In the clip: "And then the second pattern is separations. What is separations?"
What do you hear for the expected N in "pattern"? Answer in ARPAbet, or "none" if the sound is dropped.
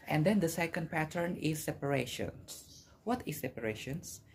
N